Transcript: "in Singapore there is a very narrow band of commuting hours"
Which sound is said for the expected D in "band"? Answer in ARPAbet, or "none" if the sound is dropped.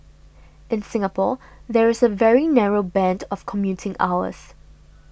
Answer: D